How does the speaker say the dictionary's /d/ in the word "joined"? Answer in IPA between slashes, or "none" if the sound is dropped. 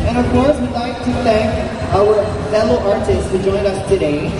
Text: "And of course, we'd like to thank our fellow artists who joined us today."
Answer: none